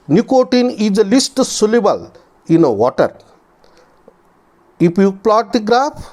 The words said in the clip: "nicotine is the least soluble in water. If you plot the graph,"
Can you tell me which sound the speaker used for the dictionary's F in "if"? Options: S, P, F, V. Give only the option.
P